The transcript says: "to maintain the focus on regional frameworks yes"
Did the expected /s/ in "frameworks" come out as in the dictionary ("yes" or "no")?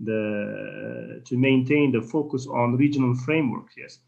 no